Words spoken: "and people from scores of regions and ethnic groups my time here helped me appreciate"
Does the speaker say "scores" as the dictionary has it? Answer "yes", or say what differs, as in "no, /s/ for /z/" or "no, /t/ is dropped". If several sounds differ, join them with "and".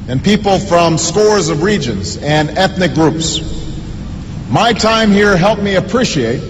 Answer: yes